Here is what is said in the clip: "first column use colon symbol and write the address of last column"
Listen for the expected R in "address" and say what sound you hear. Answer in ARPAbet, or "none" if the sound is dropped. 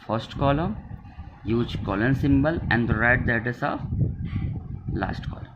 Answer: none